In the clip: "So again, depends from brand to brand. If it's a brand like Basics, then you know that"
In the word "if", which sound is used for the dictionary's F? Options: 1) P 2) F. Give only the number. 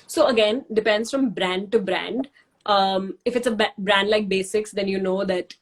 2